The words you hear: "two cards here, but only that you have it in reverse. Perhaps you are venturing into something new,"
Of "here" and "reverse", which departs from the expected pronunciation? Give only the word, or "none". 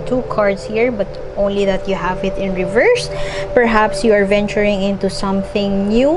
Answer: none